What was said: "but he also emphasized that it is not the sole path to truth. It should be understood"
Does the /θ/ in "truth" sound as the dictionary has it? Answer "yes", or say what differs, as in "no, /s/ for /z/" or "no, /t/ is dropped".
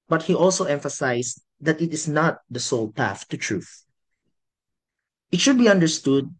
yes